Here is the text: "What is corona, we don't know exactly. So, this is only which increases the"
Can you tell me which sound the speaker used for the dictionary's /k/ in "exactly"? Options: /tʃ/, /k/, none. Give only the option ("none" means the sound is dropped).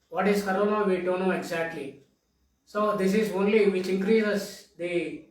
/k/